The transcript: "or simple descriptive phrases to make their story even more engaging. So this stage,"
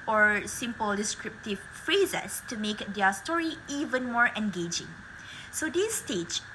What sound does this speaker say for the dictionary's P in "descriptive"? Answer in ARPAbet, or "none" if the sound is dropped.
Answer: P